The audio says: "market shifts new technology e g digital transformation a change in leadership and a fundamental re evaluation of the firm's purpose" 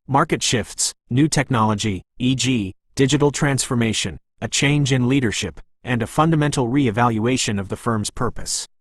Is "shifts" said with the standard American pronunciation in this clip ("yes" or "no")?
yes